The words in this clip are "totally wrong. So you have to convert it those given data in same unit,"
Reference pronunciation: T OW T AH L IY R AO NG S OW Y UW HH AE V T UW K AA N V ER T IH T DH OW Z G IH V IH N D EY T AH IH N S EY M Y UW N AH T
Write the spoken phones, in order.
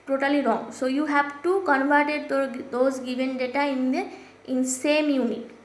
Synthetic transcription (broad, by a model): T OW T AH L IY R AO NG S OW Y UW HH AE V T UW K AA N V ER T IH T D OW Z G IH V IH N D EY T AH IH N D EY M Y UW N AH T